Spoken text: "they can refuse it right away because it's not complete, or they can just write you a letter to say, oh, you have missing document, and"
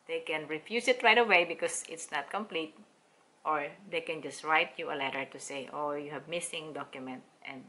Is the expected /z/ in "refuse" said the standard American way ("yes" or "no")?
no